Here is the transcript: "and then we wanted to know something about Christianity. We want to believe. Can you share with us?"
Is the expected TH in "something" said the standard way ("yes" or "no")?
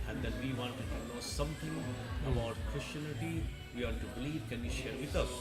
no